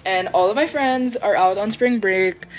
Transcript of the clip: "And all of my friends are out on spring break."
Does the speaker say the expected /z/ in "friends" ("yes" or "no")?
yes